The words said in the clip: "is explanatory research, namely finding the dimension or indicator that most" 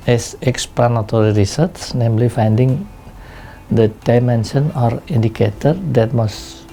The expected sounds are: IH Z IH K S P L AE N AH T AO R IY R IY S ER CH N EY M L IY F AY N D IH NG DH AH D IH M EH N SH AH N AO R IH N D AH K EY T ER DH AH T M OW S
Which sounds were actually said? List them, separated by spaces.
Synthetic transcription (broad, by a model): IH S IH K S P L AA N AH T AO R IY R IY S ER S N EY M L IY F AY N D IH NG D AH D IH M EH N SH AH N AO R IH N D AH K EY T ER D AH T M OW S